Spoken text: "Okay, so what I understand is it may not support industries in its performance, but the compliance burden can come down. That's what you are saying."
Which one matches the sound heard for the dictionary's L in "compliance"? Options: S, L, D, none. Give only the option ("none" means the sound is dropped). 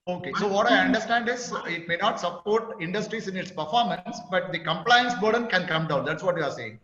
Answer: L